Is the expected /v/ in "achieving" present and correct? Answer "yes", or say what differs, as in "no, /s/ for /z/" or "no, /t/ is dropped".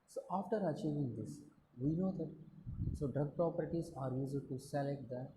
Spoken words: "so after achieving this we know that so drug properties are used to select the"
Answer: yes